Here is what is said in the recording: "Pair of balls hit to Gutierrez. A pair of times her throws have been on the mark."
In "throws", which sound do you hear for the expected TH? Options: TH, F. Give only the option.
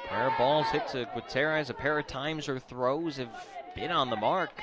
TH